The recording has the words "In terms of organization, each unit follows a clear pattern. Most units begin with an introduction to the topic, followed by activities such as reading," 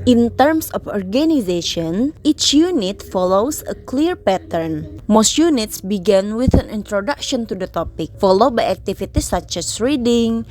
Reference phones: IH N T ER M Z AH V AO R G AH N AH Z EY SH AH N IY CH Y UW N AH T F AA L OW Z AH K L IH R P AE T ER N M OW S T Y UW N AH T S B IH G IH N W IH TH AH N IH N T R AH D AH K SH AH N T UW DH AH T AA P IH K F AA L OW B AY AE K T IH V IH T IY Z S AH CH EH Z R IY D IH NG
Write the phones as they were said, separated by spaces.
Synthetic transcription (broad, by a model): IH N T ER M S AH F AO R G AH N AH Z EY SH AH N IY CH Y UW N AH T F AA L OW S AH K L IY R P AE T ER N M OW S T Y UW N AH T S B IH G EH N W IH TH AH N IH N T R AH D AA K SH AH N T UW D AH T AA P IH K F AA L OW B AY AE K T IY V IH T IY S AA CH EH S R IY D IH NG